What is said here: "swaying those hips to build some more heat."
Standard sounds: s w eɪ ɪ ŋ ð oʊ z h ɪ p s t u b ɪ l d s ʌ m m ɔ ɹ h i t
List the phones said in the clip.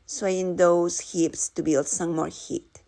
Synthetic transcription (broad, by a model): s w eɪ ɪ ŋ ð oʊ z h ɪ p s t u b ɪ l d s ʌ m m ɔ ɹ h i t